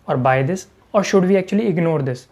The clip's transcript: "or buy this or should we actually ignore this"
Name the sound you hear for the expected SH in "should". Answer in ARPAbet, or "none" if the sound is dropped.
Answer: SH